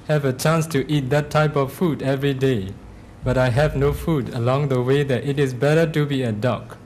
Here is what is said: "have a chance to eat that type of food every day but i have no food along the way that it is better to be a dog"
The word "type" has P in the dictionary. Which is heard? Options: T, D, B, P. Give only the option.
P